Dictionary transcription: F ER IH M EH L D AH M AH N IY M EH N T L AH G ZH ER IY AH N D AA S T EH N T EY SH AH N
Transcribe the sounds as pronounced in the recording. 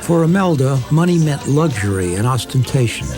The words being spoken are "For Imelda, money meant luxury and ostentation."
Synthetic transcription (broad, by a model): F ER IH M EH L D AH M AH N IY M EH N T L AH G ZH ER IY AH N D AA S T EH N T EY SH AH N